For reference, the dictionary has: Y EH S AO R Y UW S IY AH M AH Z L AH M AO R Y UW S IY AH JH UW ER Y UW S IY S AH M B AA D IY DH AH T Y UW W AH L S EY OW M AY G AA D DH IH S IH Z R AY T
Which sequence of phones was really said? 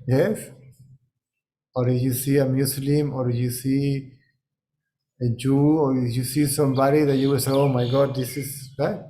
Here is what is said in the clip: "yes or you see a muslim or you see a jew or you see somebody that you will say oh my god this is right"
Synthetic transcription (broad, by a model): Y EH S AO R Y UW S IY AH M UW S L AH M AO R Y UW S IY AH JH UW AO Y UW S IY S AH M B AA D IY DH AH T Y UW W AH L S EY OW M AY G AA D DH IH S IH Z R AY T